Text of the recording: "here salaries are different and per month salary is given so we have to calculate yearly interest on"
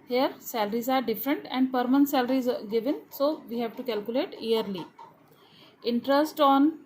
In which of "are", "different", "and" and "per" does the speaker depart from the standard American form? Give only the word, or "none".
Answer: none